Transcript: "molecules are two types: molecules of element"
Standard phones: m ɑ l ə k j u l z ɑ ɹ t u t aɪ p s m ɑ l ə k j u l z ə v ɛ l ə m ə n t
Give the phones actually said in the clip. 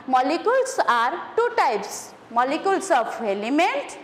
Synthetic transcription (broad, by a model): m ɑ l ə k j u l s ɑ ɹ t u t aɪ p s m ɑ l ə k j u l s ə p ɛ l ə m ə n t